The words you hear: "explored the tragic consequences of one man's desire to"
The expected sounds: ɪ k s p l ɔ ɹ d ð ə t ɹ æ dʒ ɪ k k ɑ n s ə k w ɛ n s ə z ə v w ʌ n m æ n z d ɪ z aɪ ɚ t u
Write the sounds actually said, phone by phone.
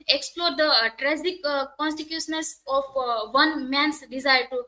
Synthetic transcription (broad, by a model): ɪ k s p l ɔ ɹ d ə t ɹ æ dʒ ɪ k k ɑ n s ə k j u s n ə s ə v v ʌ n m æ n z d ɪ z aɪ ɚ t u